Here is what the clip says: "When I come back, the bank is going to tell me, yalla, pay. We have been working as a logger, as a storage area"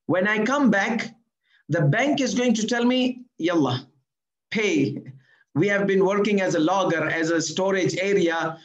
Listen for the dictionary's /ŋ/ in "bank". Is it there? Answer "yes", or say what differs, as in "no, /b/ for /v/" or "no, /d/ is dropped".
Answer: yes